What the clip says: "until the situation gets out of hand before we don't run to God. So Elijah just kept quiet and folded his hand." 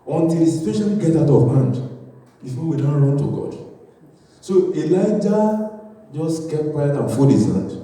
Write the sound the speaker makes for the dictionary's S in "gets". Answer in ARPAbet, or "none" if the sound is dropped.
none